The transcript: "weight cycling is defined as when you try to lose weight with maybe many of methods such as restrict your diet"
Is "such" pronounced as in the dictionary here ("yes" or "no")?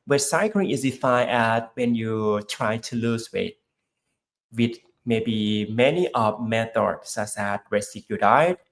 no